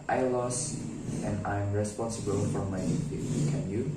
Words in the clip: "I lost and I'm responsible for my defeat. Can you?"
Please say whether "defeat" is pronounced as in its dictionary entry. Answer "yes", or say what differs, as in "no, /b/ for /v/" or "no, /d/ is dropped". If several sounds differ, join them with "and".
no, /f/ is dropped